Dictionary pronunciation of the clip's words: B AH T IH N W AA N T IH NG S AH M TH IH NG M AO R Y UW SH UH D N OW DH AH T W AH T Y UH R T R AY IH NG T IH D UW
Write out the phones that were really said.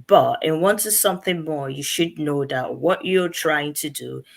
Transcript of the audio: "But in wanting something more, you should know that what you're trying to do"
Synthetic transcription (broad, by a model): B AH T IH N W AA N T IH S AH M TH IH NG M AO R Y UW SH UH D N OW DH AH T W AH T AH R T R AY IH NG T IH D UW